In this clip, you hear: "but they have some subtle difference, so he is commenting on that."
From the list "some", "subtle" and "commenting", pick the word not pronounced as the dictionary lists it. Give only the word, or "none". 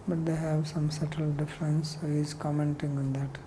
none